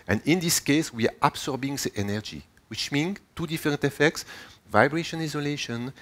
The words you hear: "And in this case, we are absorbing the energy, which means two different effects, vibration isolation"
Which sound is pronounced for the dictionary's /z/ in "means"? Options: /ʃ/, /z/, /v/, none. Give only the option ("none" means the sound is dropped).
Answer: none